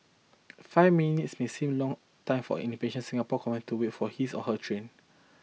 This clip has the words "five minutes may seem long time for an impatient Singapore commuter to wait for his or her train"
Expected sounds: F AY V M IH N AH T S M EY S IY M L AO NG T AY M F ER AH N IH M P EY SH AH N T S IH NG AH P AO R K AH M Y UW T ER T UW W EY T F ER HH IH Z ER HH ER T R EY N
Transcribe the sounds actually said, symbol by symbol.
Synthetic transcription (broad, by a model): F AY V M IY N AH T S M EY S IY M L AO NG T AY M F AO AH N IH P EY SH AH N S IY NG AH P AO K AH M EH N T UW W EY T F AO HH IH S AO HH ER T R EY N